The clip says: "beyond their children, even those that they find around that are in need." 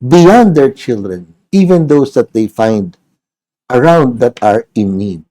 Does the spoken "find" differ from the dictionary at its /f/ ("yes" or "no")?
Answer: no